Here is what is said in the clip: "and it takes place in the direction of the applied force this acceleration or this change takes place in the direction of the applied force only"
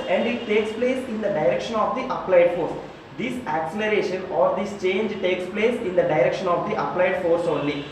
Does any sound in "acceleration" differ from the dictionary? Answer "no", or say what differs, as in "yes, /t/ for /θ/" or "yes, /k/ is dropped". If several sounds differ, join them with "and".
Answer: no